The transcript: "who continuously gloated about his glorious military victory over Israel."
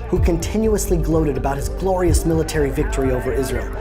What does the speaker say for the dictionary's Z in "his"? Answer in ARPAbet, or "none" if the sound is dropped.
Z